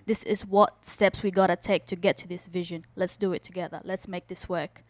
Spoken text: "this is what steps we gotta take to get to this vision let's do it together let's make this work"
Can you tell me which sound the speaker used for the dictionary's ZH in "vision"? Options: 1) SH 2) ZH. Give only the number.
2